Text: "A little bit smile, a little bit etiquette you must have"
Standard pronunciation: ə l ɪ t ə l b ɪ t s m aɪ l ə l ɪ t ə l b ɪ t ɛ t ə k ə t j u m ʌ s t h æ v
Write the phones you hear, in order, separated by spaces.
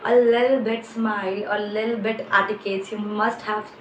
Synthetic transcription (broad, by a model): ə l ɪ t l b ɪ t s m aɪ l ə l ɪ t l b ɪ t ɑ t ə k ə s j u m ʌ s t h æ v